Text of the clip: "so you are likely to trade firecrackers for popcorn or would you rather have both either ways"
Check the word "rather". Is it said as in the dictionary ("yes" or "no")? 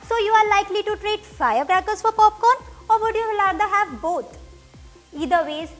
no